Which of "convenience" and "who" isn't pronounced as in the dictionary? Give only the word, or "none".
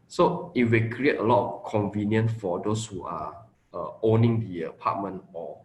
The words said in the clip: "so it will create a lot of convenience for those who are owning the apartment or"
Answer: convenience